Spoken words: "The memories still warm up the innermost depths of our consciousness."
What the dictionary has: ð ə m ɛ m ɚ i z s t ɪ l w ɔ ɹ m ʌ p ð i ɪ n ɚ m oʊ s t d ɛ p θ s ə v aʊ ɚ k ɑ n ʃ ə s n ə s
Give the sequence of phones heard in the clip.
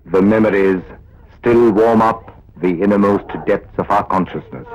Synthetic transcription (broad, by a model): ð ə m ɛ m ɚ i z s t ɪ l w ɔ ɹ m ʌ p ð i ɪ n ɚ m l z t d ɛ p t s ə v aʊ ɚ k ɑ n ʃ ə s n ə s